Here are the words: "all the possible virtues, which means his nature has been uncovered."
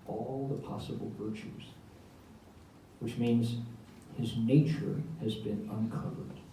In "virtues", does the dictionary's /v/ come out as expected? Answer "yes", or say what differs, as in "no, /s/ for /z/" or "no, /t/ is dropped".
yes